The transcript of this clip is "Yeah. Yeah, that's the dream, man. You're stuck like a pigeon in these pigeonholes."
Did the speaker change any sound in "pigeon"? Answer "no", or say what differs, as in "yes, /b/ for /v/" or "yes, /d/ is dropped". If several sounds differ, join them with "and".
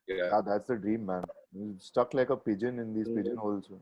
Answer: no